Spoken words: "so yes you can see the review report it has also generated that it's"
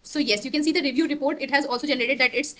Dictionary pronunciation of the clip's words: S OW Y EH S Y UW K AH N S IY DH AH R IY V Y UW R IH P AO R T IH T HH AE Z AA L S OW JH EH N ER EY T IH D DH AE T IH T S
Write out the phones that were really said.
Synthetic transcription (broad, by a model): S OW Y EH S Y UW K AH N S IY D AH R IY V Y UW R IH P AO R T IH T HH AE Z AA L S OW JH EH N ER EY T IH D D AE T IH T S